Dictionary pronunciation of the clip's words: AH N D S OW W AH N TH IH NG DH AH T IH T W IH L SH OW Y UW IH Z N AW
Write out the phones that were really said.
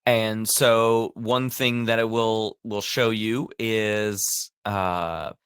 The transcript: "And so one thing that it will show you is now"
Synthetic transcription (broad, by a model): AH N S OW W AH N TH IH NG DH AH T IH T W IH L SH OW Y UW IH Z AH